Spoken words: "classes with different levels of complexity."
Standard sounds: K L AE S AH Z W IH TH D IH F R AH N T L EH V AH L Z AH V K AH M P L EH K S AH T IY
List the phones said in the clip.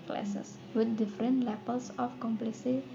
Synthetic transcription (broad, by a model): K L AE S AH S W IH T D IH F R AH N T L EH P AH L S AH F K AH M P L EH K S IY